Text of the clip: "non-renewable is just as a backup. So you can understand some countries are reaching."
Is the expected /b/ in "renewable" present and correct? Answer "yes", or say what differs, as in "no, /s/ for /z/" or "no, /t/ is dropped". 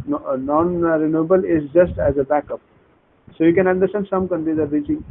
yes